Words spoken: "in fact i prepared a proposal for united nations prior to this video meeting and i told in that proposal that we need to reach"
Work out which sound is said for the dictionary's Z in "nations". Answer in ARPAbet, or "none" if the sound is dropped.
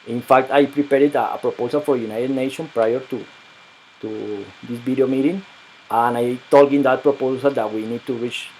none